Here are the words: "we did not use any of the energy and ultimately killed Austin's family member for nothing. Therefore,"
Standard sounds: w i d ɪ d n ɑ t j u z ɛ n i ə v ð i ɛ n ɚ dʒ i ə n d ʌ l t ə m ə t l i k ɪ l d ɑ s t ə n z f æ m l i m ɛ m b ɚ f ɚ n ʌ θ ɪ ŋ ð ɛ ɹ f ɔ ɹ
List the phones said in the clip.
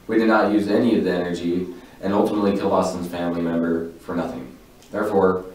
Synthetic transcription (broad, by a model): w i d ɪ d n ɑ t j u z ɛ n i ə v ð i ɛ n ɚ dʒ i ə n ʌ l t ə m ə t l i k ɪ l ɑ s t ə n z f æ m l i m ɛ m b ɚ f ɚ n ʌ θ ɪ ŋ ð ɛ ɹ f ɔ ɹ